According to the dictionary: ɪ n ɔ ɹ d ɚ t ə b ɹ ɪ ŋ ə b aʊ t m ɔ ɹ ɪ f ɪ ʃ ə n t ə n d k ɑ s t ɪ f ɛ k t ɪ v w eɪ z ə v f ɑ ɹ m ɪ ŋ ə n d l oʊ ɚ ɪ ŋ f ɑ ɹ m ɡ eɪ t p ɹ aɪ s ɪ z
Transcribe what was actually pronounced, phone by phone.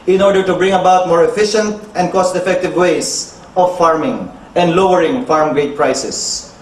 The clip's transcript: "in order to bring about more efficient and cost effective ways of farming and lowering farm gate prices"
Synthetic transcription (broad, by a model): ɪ n ɔ ɹ d ɚ t ə b ɹ ɪ ŋ ə b aʊ t m ɔ ɹ ɪ f ɪ ʃ ə n t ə n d k ɑ s t ɪ f ɛ k t ɪ v w eɪ s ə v f ɑ ɹ m ɪ ŋ ə n d l oʊ ɚ ɪ ŋ f ɑ ɹ m ɡ eɪ t p ɹ aɪ s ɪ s